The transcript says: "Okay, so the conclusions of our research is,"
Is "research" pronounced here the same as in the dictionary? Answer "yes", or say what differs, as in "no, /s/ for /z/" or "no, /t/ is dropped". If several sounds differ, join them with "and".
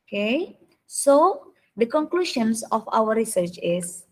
yes